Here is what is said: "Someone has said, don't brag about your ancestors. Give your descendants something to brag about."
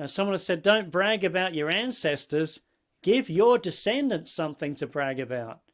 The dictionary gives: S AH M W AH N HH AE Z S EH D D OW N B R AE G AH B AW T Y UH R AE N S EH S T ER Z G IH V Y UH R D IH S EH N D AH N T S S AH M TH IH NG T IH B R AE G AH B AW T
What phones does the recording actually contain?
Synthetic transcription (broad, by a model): S AH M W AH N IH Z S EH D D OW N B R AE G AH B AW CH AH R AE N S EH S T ER Z G IH V Y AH R D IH S EH N D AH N T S S AH M TH IH NG T IH B R AE G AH B AW T